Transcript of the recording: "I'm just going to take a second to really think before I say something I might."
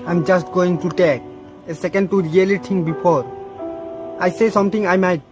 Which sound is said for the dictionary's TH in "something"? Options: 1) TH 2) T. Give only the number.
2